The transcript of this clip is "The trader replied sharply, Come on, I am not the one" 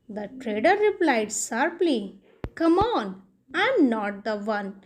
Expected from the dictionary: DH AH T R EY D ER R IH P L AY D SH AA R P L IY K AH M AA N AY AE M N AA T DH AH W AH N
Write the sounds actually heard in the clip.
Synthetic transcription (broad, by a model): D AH T R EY D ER R IH P L AY D S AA R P L IY K AH M AA N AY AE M N AA T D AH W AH N